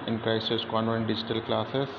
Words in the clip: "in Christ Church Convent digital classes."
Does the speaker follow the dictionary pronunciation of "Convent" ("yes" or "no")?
no